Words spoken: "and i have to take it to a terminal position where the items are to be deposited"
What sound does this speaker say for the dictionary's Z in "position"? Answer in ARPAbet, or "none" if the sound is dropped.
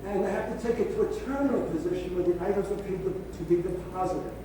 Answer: Z